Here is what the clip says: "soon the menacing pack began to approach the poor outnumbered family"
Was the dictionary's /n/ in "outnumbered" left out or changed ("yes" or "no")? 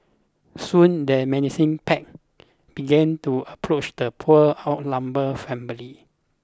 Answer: yes